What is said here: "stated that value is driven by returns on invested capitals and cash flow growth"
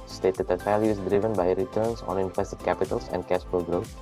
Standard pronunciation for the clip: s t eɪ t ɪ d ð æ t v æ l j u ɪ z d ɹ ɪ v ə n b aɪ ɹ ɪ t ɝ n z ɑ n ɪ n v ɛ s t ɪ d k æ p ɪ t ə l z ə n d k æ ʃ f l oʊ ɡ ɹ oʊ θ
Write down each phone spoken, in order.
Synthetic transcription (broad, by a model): s t eɪ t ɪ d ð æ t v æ l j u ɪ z d ɹ ɪ v ə n b aɪ ɹ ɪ t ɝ n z ɑ n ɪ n f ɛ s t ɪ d k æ p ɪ t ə l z ə n d k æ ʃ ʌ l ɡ ɹ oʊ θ